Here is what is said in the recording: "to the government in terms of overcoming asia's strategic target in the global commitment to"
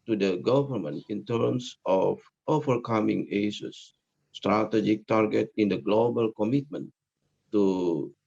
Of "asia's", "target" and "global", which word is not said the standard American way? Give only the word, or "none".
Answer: asia's